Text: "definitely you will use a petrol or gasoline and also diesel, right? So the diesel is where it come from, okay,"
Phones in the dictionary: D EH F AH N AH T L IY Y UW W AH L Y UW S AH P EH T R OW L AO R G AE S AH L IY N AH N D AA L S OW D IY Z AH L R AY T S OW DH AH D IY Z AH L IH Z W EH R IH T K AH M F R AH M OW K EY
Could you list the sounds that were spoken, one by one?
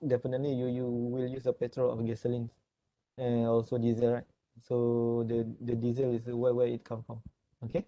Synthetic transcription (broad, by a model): D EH F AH N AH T L IY Y UW W AH L Y UW S AH P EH T R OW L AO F G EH S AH L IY N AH N AA L S OW D IY Z AH L R AY T S OW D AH D IY Z AH L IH S W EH W IH T K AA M F R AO M OW K EY